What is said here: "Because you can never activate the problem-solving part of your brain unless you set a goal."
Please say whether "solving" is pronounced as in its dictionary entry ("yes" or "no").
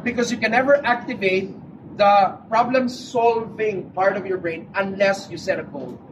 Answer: yes